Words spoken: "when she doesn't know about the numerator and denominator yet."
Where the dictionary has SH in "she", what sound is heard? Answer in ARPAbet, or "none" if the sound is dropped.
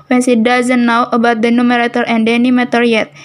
S